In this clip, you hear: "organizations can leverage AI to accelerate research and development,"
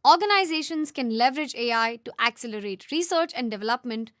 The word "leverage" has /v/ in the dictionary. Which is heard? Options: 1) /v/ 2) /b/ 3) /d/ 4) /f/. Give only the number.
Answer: 1